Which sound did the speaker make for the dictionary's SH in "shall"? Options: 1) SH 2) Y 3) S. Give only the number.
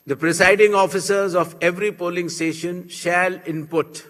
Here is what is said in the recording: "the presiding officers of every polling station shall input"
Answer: 1